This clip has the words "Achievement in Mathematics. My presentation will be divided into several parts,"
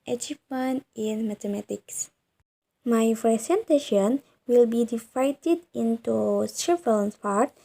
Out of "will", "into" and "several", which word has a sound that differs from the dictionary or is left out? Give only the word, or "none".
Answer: several